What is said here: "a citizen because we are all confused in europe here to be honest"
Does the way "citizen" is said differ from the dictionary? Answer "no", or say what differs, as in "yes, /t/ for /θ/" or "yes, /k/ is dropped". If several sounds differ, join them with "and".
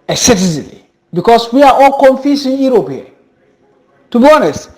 yes, /l/ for /n/